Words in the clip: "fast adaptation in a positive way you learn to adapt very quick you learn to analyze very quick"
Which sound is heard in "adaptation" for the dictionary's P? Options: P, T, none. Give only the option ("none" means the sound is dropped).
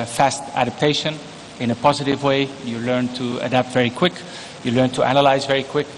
P